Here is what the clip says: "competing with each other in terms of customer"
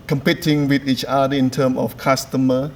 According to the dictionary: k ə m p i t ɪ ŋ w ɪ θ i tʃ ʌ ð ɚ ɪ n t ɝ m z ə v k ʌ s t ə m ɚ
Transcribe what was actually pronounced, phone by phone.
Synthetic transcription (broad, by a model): k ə m p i t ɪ ŋ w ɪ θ i tʃ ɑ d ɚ ɪ n t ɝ m ə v k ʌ s t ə m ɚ